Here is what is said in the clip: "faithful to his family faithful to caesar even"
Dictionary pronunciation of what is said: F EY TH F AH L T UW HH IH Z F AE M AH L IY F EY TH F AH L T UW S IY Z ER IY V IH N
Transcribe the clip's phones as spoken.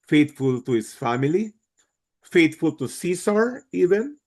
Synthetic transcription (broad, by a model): F EY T F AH L T UW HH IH S F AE M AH L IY F EY T F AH L T UW S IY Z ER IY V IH N